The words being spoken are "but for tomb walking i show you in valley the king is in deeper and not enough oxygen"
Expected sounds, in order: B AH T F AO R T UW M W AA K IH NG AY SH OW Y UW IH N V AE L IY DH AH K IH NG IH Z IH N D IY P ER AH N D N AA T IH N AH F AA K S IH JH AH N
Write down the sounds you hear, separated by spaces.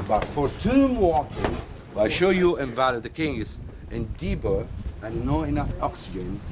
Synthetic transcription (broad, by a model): B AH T F AO R T UW M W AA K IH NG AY SH OW Y UW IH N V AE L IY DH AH K IH NG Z IH N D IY B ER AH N N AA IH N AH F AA K S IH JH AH N